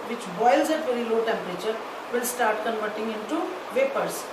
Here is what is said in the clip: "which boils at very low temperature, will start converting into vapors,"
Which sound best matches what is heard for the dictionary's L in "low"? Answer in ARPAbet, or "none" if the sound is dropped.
L